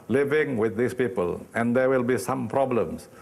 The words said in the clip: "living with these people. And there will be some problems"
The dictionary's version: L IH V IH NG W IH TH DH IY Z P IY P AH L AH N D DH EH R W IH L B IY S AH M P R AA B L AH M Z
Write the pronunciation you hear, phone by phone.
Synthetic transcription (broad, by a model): L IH V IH NG W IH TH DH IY S P IY P AH L AH N D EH W IH L B IY S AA M P R AA B L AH M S